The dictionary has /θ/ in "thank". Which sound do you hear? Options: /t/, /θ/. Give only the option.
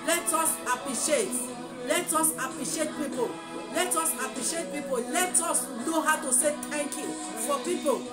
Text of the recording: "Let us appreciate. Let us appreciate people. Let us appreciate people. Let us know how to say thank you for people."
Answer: /t/